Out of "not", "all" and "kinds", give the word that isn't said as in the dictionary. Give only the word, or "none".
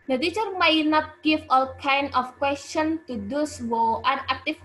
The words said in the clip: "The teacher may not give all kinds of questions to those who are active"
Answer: kinds